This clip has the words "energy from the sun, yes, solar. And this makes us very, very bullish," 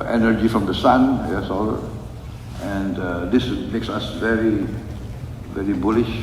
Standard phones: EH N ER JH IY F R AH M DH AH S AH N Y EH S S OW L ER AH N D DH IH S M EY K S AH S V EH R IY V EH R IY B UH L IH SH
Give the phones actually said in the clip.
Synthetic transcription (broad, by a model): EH N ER JH IY F R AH M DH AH S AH N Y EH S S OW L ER AH N D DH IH S M EY K S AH S V EH R IY V EH R IY B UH L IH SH